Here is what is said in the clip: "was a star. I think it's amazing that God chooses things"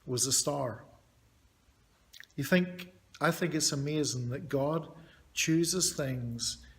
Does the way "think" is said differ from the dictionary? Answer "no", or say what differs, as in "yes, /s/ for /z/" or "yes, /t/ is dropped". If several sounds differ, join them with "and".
no